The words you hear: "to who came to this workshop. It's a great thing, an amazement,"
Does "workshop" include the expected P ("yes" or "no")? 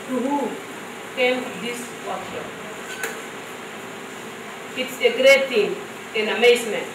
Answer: no